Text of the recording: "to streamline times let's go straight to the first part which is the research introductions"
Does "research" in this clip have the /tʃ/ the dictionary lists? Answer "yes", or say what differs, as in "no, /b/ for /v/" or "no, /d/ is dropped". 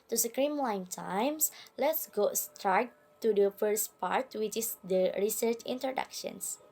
yes